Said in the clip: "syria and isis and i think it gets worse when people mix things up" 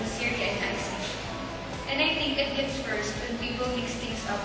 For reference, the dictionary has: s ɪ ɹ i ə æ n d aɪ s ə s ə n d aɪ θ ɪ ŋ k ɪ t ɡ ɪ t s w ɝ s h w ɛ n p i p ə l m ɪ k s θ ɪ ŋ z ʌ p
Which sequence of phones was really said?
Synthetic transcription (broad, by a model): s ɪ ɹ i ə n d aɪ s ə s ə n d aɪ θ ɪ ŋ k ɪ t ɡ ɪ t s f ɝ s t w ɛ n p i p ə l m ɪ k s t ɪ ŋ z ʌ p